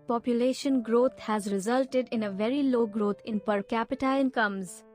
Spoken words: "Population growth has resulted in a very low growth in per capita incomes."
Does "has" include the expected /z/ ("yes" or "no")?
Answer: yes